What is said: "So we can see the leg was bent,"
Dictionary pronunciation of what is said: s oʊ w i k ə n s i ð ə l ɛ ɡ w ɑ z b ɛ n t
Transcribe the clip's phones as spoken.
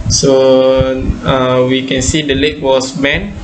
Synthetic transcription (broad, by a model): s oʊ w i k ə n s i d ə l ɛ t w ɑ s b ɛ n